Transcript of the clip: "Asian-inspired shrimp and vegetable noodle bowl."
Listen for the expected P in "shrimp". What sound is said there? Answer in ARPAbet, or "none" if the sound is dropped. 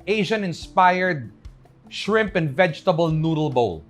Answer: P